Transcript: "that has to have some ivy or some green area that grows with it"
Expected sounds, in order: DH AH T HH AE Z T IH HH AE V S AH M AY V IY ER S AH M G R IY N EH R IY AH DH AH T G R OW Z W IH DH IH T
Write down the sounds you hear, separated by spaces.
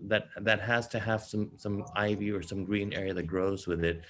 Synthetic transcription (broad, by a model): DH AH T HH AE Z T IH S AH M S AH M AY V IY ER S AH M G R IY N EH R IY AH DH AH T G R OW Z W IH DH IH T